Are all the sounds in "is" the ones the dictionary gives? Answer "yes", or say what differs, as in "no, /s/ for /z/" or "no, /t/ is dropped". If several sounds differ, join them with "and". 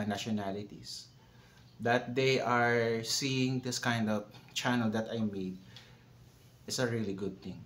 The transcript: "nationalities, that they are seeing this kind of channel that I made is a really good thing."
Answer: no, /s/ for /z/